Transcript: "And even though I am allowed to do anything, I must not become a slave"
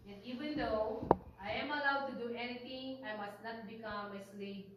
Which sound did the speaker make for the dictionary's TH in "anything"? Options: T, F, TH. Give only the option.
T